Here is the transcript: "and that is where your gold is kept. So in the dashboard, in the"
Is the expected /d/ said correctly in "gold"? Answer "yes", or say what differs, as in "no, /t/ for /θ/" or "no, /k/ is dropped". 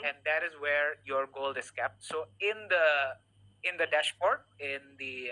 no, /d/ is dropped